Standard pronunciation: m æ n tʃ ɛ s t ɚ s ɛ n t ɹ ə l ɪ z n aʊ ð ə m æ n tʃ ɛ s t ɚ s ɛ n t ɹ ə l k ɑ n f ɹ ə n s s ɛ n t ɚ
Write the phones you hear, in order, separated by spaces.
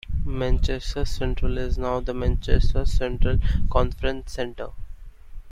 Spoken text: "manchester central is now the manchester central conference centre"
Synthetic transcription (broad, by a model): m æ n tʃ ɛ s t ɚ s ɛ n t ɹ ə l ɪ z n aʊ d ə m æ n tʃ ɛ s t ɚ s ɛ n t ɹ ə l k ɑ n f ɹ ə n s s ɛ n t ɚ